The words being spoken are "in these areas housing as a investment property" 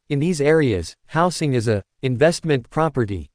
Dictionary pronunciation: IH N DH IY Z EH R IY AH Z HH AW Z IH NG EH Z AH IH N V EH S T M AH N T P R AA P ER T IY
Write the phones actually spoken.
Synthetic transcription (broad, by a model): IH N DH IY Z EH R IY AH Z HH AW S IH NG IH Z AH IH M V EH S T M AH N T P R AA P ER T IY